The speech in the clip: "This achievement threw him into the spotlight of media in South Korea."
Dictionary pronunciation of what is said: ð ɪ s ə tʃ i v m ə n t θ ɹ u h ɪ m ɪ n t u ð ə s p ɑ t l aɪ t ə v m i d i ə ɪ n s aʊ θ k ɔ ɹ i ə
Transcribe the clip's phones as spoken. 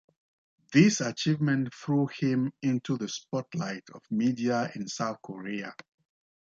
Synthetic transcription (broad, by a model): ð ɪ s ə tʃ i v m ə n t θ ɹ u h ɪ m ɪ n t u ð ə s p ɑ t l aɪ t ə v m i d i ə ɪ n s aʊ θ k ɔ ɹ i ə